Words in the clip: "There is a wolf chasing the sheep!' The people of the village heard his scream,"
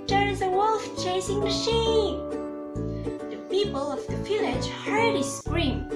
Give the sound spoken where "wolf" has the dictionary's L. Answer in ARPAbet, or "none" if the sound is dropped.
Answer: L